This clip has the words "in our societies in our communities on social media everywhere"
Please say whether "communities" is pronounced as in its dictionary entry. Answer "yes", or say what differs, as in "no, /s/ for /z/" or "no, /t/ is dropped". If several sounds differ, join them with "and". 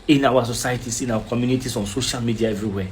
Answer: no, /s/ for /z/